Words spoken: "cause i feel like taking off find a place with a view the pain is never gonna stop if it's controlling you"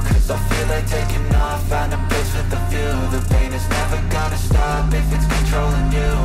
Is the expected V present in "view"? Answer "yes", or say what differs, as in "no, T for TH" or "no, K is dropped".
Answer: no, F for V